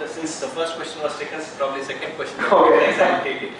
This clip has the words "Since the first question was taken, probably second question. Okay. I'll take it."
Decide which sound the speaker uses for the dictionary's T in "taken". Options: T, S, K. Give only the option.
S